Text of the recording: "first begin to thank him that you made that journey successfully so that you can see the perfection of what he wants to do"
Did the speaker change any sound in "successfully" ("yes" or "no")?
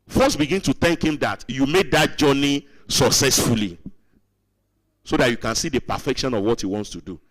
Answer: no